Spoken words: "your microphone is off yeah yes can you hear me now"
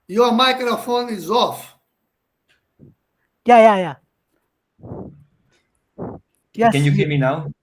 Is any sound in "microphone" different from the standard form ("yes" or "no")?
no